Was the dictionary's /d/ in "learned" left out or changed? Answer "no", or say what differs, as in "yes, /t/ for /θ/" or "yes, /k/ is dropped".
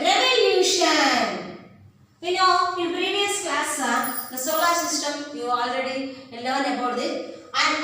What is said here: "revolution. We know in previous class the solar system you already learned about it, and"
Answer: yes, /d/ is dropped